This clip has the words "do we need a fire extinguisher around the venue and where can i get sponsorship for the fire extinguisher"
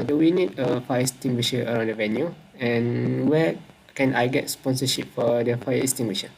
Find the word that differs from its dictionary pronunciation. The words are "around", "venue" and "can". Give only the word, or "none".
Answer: none